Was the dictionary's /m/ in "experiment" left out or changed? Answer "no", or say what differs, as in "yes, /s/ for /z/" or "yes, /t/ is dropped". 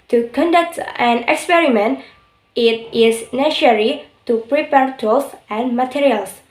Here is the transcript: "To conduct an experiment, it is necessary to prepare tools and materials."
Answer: no